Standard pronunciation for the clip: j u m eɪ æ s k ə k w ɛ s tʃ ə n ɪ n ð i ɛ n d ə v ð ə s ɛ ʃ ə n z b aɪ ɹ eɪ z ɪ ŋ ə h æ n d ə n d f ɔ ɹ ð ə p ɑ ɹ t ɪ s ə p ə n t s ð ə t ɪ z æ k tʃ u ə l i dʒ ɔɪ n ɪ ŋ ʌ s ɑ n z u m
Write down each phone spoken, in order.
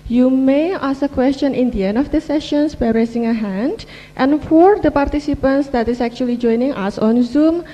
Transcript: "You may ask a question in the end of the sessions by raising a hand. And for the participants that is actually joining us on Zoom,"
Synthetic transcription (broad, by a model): j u m eɪ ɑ s ə k w ɛ s tʃ ə n ɪ n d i ɛ n d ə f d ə s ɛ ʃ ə n s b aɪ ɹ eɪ s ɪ ŋ ə h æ n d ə n f ɔ ɹ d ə p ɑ ɹ t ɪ s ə p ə n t s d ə t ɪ s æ k tʃ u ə l i dʒ ɔɪ n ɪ ŋ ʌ s ɑ n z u m